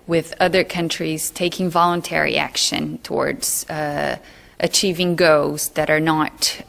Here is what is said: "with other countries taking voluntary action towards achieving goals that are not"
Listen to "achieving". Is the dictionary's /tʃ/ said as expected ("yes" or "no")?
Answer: yes